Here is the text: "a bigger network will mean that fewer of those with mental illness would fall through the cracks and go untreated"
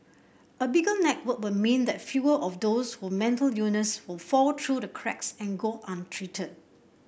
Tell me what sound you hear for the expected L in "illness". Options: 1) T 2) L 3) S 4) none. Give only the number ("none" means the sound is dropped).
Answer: 4